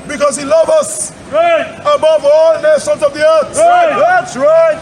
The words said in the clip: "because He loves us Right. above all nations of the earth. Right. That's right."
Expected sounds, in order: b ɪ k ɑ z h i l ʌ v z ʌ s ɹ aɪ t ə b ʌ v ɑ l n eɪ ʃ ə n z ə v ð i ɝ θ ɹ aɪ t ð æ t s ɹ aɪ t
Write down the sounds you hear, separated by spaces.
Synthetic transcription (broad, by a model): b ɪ k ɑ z h i l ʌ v ʌ s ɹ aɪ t ə b ʌ v ɑ l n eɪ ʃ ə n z ə v ð i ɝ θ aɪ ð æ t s ɹ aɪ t